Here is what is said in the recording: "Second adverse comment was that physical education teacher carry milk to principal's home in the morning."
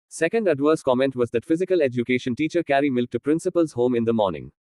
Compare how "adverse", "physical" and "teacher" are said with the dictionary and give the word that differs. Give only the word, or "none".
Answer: none